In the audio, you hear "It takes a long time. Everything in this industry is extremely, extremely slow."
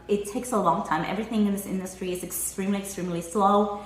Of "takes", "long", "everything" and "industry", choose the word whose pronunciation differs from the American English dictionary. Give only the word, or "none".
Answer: none